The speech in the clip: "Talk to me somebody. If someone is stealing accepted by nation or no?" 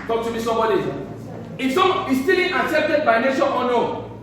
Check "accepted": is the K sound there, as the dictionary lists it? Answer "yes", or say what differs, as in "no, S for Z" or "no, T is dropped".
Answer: no, K is dropped